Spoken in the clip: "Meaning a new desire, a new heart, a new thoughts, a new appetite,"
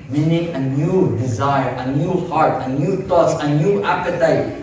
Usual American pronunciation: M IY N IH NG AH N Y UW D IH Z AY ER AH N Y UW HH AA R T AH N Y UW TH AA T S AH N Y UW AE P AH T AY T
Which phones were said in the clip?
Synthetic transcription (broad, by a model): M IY N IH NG AH N Y UW D IH Z AY ER AH N Y UW HH AA R T AH N Y UW T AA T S AH N Y UW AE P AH T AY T